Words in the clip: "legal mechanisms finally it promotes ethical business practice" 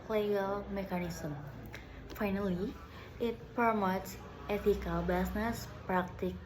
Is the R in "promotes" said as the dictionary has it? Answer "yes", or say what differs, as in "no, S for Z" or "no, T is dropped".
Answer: no, R is dropped